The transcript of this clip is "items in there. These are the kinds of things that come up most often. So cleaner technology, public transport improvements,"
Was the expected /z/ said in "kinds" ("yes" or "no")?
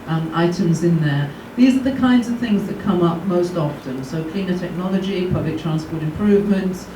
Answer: yes